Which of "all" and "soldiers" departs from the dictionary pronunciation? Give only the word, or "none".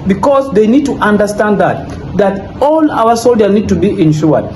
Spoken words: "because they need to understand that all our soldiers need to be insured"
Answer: soldiers